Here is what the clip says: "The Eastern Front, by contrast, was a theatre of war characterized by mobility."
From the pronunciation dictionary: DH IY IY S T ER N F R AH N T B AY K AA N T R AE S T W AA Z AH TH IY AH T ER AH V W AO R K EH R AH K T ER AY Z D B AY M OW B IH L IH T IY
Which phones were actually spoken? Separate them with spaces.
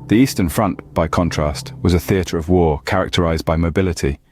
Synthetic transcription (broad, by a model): DH IY IY S T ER N F R AH N T B AY K AA N T R AE S T W AA Z AH TH IY AH T ER AH V W AO K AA R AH K T ER AY Z B AY M OW B IH L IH T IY